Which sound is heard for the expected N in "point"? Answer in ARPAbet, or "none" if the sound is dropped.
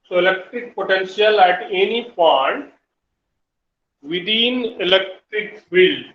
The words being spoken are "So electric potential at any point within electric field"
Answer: none